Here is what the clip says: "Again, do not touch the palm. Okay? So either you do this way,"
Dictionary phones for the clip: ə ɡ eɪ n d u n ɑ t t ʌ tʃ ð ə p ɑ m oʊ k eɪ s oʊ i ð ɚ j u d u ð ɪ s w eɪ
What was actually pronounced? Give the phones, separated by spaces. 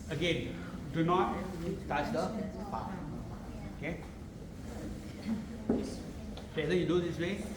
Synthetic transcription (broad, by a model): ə ɡ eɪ n d u n ɑ t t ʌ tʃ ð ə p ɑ oʊ k eɪ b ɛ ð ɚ j u d u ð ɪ s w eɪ